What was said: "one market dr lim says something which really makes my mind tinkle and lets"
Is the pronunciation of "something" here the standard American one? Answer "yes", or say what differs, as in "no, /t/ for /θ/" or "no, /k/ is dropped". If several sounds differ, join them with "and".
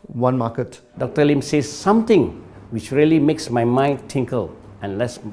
no, /t/ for /θ/